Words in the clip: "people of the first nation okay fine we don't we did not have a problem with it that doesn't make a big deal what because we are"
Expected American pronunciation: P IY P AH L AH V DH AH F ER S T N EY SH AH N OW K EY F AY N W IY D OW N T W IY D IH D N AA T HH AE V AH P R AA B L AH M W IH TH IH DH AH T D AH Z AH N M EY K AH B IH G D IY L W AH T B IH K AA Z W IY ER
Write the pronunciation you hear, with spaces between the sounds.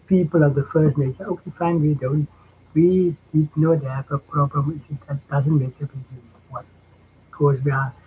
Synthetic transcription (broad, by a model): P IY P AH L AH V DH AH F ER S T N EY S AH OW K EY F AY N W IY D OW N T W IY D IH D N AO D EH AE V AH P R AA B L AH M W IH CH IH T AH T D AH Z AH N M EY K AH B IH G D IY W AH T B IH K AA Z W IY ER